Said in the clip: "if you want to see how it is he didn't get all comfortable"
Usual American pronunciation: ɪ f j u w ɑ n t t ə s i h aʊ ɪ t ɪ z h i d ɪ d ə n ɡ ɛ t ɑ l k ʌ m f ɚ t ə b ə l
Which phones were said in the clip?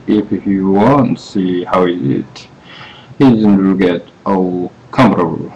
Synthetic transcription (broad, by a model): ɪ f j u w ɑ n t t s i h aʊ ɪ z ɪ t h i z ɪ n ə l ɡ ɛ t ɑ k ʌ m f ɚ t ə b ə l